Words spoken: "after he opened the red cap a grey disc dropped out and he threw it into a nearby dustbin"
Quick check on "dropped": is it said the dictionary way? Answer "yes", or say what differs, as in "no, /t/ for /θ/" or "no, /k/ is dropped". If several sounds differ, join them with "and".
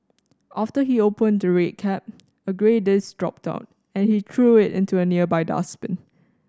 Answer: yes